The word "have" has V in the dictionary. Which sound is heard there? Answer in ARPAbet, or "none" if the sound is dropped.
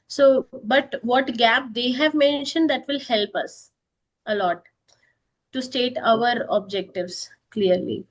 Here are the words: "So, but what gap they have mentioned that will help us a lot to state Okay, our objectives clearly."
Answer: V